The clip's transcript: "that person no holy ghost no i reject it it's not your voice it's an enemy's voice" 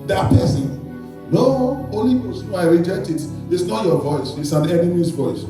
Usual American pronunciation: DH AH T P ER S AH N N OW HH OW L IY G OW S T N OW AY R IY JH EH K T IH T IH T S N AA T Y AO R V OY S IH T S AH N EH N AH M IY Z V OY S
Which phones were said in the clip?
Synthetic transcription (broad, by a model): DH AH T P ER S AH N N OW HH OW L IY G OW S N OW AY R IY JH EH T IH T IH T S N AA T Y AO V OY S IH T S AH N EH N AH M IY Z V OY S